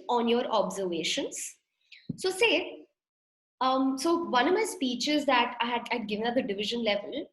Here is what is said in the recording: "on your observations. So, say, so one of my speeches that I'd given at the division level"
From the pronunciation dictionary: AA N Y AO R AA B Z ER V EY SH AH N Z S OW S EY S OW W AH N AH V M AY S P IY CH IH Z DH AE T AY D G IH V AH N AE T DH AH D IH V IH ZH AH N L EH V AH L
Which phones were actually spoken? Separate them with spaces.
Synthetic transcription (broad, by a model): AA N Y AO R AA B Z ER V EY SH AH N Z S OW S EY S OW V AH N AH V M AY S P IY CH IH Z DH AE T AY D G IH V AH N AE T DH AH D IH V IH ZH AH N L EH V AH L